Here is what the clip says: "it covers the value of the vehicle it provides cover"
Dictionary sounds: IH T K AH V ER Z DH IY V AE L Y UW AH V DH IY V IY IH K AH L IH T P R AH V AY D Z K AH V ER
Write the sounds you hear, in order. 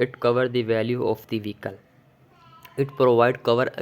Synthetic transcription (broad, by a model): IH T K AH V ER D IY V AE L Y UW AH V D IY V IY K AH L IH T P R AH V AY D K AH V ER